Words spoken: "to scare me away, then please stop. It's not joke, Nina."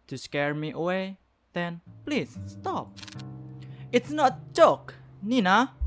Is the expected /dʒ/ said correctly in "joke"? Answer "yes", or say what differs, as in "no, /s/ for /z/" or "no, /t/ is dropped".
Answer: no, /tʃ/ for /dʒ/